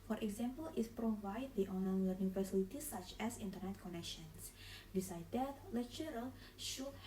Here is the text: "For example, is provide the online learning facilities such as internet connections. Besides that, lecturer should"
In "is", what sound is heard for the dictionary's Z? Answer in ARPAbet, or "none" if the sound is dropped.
S